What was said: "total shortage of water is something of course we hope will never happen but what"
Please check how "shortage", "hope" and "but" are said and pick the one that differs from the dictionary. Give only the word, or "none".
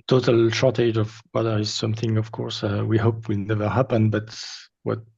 none